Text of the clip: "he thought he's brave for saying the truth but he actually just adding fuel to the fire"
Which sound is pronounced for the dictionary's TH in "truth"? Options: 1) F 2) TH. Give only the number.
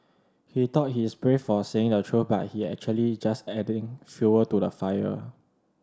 1